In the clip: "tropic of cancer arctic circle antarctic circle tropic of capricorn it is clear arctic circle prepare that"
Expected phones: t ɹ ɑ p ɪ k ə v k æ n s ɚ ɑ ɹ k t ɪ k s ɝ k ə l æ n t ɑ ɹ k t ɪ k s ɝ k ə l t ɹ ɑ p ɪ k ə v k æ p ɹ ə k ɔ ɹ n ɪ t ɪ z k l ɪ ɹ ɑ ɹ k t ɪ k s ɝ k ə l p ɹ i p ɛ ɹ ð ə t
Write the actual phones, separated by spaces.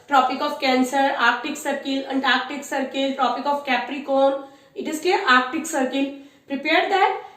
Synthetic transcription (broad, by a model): t ɹ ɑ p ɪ k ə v k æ n s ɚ ɑ ɹ k t ɪ k s ɝ k ə l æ n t ɑ ɹ k t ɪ k s ɝ k ə l t ɹ ɑ p ɪ k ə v k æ p ɹ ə k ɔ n ɪ t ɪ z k ɛ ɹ ɑ ɹ k t ɪ k s ɝ k ə l p ɹ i p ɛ ɹ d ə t